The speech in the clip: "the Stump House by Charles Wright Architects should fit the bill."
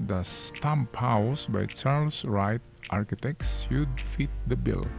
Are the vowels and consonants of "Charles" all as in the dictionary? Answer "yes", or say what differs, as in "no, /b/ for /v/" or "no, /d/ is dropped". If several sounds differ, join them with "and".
no, /s/ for /z/